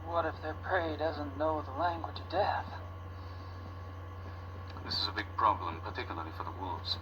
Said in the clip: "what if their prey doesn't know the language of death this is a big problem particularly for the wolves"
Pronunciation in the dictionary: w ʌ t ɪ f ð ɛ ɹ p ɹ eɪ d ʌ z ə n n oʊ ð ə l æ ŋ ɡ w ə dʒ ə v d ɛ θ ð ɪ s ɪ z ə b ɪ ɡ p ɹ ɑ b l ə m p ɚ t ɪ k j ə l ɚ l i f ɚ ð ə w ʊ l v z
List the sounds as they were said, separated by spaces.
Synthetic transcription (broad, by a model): w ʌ t ɪ f ð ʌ ɹ p ɹ eɪ d ʌ z ə n n oʊ ð ə l æ ŋ ɡ w ə dʒ ə v d ɛ θ ð ɪ s ɪ z ə b ɪ ɡ p ɹ ɑ b l ə m p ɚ t ɪ k j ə l ɚ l i f ɚ ð ə w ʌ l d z